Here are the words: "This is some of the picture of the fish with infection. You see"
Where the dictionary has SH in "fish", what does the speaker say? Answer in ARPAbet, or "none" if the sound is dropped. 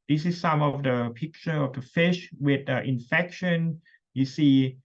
SH